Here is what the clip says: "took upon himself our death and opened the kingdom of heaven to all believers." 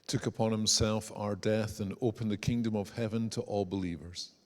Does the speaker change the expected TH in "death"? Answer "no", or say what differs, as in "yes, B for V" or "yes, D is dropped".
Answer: no